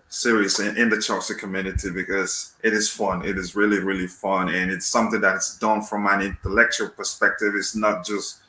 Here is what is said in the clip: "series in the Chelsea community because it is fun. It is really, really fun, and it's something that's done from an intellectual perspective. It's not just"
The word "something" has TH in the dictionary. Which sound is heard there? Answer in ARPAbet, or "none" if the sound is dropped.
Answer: TH